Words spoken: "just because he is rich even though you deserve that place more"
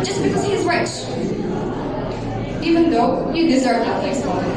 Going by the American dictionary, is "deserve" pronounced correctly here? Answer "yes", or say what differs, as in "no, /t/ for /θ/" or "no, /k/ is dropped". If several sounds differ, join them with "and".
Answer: yes